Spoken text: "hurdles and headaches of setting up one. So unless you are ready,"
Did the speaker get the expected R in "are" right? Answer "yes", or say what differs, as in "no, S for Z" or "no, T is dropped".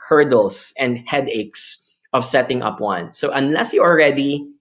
no, L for R